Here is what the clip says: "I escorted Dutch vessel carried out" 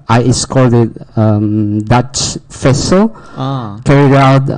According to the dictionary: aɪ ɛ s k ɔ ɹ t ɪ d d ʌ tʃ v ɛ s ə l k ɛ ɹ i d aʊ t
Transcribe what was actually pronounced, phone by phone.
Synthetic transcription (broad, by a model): aɪ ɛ s k ɔ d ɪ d d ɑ tʃ f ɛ s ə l k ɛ ɹ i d aʊ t